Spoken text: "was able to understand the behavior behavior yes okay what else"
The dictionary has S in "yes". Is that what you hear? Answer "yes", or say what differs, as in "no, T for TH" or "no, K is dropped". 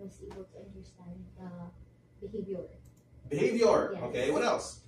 no, S is dropped